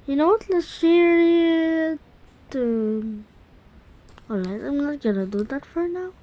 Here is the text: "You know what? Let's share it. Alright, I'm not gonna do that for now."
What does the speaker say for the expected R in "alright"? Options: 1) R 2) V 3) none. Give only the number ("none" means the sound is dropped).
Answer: 3